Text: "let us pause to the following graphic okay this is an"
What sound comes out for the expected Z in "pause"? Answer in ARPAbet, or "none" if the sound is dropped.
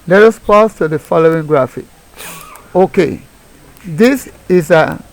S